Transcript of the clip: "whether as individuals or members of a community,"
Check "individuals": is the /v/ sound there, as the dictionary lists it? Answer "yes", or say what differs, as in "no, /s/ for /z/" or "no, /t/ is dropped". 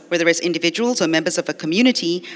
yes